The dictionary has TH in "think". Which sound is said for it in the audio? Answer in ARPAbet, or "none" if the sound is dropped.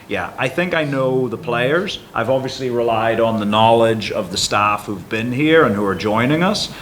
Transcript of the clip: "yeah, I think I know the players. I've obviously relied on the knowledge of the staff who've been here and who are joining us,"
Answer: TH